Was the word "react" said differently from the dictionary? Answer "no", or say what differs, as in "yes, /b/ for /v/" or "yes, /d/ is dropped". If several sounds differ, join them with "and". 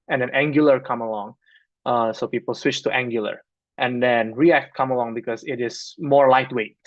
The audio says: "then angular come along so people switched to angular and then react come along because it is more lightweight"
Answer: no